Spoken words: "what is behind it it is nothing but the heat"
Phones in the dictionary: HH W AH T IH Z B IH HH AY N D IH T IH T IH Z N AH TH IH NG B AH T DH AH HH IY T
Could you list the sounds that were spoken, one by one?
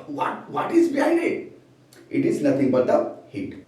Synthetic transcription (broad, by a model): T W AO T IH Z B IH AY D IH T IH T IH Z N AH T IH NG B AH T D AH HH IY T